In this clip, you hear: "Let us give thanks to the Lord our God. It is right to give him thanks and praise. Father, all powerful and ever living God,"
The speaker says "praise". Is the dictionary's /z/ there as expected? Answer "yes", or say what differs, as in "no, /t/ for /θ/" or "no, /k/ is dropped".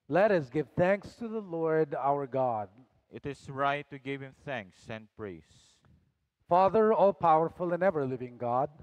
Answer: no, /s/ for /z/